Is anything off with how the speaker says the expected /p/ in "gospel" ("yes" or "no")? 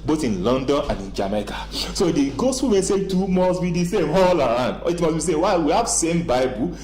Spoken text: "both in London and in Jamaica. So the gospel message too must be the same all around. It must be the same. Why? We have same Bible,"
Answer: yes